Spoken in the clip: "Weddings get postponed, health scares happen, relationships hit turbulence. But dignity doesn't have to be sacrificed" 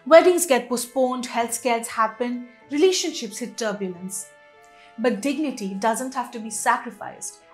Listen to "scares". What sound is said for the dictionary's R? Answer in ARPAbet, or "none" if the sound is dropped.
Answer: L